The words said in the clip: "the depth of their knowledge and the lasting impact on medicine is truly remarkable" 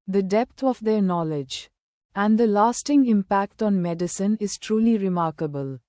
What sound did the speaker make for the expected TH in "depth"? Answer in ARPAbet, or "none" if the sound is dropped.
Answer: T